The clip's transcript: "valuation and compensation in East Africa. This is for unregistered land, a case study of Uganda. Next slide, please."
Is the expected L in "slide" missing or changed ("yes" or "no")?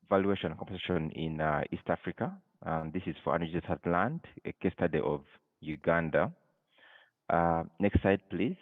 yes